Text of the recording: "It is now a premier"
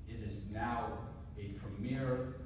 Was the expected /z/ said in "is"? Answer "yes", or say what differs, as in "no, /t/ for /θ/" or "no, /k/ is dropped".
yes